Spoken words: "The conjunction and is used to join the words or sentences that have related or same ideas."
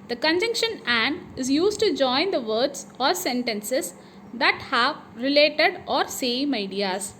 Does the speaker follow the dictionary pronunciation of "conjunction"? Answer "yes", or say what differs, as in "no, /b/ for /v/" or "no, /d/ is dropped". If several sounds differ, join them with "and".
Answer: yes